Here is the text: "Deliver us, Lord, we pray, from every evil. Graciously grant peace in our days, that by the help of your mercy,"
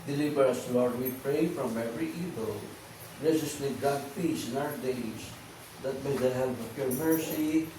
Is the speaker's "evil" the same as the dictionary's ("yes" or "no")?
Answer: yes